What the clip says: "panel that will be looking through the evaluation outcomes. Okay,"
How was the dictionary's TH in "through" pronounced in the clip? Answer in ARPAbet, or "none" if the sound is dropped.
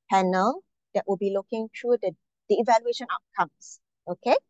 T